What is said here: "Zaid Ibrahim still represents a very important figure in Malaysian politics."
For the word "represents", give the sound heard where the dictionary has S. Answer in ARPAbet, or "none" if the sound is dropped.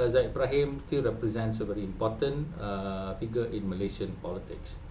S